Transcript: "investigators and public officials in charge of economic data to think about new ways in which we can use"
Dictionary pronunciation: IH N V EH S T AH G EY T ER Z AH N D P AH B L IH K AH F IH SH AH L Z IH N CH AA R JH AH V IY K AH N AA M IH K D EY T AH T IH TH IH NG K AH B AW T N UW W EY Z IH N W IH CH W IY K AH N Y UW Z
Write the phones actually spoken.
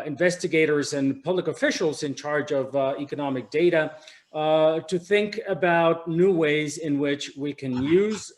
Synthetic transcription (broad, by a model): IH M V EH S T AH G EY T ER Z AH N P AH B L IH K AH F IH SH L Z IH N CH AA R JH AH V IY K AH N AA M IH K D EY T AH T IH TH IH NG K AH B AW T N UW W EY Z IH N W IH CH W IY K AH N Y UW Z